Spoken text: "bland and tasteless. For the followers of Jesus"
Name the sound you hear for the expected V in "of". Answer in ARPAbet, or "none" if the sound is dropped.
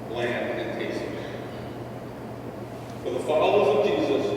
V